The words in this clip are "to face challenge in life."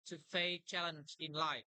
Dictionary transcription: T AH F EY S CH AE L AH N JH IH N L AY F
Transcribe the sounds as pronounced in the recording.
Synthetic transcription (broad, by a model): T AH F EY CH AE L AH N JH IH N L AY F